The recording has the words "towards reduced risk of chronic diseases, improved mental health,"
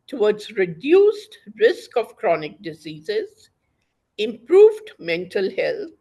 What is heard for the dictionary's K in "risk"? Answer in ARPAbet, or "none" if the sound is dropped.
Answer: K